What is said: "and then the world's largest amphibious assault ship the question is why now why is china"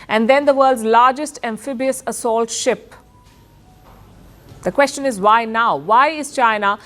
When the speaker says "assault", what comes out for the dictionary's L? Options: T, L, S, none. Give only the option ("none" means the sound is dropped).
L